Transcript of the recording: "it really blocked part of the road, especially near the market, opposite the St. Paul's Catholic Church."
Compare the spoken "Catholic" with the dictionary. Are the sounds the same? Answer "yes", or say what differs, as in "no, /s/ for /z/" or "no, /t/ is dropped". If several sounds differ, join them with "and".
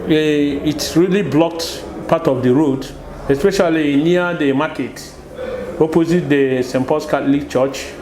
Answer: no, /t/ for /θ/